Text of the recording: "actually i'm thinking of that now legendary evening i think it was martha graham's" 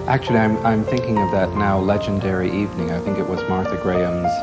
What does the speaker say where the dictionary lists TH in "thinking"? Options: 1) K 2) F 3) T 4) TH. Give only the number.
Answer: 4